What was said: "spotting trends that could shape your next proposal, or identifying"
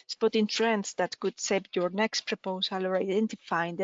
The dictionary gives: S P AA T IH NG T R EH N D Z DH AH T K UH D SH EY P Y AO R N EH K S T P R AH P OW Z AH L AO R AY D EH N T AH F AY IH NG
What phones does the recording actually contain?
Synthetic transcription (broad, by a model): S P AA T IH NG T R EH N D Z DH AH T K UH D S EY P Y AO R N EH K S T P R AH P OW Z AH L AO R AY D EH N T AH F AY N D